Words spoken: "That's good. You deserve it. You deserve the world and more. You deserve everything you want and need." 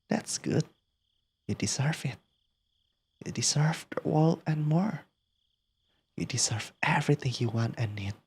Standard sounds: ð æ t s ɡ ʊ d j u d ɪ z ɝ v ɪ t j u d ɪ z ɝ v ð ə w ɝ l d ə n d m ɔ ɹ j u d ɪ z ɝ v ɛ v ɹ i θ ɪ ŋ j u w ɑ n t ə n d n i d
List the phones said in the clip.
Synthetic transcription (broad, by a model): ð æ t s ɡ ʊ d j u d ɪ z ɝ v ɪ t j u d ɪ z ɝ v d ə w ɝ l ə n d m ɔ ɹ j u d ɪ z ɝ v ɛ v ɹ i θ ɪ ŋ j u w ɑ n t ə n n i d